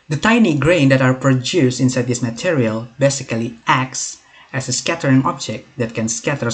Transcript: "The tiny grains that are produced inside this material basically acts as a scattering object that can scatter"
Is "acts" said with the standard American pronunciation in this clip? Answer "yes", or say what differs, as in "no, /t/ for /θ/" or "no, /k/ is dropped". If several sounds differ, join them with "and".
yes